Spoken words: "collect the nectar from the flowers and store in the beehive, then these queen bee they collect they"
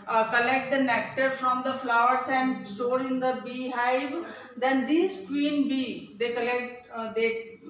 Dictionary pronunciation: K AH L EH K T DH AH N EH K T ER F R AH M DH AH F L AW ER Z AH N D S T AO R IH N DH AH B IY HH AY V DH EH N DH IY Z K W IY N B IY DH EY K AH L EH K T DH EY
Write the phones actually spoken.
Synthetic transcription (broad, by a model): K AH L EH K T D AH N EH K T ER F R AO M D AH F L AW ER S AH N D S T AO R IH N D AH B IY HH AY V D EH N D IY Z K W IY N B IY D EY K AH L EH K T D EY